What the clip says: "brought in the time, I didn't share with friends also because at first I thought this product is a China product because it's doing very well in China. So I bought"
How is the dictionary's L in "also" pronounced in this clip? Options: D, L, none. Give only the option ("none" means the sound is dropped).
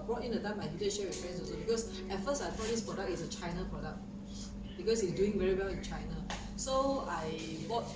none